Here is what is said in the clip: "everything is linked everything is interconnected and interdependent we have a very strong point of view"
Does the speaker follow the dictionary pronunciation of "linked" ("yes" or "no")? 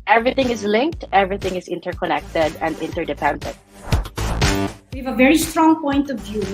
yes